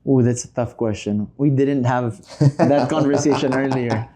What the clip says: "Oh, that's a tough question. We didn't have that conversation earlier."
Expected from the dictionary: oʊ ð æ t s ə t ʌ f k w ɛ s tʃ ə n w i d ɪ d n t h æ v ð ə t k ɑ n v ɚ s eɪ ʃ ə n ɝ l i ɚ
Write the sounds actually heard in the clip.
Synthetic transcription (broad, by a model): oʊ ð æ t s ə t ʌ f k w ɛ s tʃ ə n w i d ɪ d n t h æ v ð ə t k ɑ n v ɚ s eɪ ʃ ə n ɝ l i ɚ